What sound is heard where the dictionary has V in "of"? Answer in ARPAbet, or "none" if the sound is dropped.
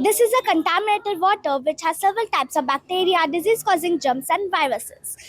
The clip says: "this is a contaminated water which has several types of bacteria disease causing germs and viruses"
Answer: V